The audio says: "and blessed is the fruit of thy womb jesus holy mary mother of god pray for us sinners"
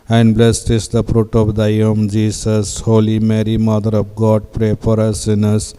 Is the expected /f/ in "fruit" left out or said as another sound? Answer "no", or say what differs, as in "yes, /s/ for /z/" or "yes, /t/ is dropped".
yes, /p/ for /f/